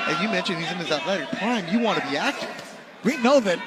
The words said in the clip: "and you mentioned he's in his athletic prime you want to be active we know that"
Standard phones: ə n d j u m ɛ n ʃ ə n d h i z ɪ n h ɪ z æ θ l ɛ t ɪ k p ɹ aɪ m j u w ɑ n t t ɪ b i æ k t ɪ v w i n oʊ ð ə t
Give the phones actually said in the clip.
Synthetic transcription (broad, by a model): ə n j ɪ m ɛ n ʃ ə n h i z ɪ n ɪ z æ t l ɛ t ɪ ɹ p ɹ aɪ m j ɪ w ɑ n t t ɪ b i æ k t ɪ v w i n oʊ ð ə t